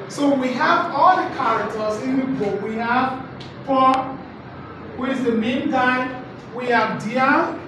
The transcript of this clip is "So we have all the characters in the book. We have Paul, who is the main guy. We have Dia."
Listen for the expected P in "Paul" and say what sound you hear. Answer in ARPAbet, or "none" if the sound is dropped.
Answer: F